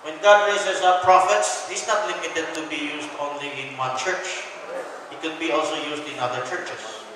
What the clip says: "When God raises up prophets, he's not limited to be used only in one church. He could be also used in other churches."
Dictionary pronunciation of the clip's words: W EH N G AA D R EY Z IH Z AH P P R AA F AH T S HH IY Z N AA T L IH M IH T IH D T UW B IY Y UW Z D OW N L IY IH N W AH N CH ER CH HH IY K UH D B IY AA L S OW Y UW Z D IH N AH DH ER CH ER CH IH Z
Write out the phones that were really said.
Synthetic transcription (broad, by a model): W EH N G AA D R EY S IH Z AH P P R AA F AH T S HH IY S N AA T L IH M IH T IH D T UW B IY Y UW S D OW N L IY IH N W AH CH ER CH HH IY K UH D B IY AA L S OW Y UW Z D IH N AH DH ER CH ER CH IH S